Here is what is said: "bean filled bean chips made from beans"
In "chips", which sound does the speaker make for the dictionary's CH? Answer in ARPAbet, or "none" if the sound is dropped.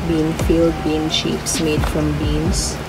SH